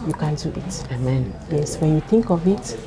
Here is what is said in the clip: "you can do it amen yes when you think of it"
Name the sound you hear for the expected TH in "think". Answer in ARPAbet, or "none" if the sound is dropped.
T